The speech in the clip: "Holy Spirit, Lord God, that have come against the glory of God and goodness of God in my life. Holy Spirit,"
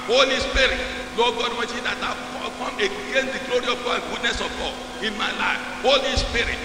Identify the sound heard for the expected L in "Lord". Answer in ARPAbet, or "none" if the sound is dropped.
N